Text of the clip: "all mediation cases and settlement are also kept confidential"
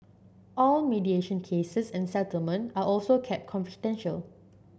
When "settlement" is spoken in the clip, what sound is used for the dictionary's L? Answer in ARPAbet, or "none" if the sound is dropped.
L